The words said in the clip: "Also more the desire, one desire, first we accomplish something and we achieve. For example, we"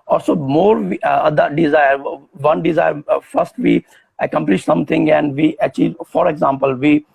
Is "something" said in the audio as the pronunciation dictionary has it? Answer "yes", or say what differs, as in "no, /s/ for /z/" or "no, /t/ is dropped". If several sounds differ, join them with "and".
no, /t/ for /θ/